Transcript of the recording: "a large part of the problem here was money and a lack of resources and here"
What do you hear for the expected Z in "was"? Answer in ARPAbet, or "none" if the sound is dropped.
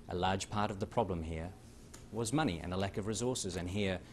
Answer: Z